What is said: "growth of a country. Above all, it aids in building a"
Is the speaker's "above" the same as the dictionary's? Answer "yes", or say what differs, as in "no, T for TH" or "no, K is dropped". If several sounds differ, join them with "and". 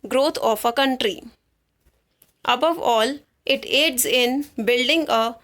yes